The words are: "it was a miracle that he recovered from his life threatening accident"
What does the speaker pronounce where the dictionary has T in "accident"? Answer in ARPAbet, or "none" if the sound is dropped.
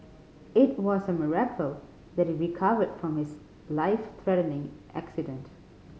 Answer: T